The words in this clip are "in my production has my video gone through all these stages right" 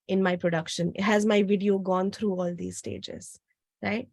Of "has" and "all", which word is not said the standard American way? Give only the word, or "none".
none